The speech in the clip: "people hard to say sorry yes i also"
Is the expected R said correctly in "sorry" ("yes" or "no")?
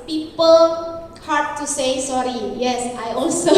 yes